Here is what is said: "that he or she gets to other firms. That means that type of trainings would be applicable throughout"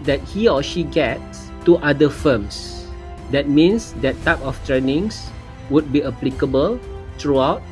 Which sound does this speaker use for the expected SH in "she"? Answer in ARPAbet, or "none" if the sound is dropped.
SH